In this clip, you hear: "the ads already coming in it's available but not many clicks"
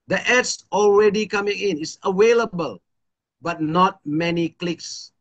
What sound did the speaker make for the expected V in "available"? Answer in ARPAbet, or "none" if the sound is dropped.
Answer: W